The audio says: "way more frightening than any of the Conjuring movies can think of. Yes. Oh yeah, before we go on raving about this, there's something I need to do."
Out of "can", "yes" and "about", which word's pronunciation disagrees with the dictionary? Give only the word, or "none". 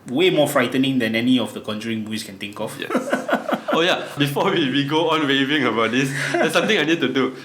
yes